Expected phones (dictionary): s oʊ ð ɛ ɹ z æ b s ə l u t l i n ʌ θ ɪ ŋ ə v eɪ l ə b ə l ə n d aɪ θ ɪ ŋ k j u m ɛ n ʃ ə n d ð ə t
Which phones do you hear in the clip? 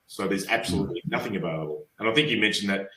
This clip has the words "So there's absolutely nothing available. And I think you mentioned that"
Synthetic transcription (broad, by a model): s oʊ ð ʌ ɹ z æ b s ə l u t l i n ʌ θ ɪ ŋ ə b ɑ ə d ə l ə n aɪ θ ɪ ŋ k j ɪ m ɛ n ʃ n ð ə t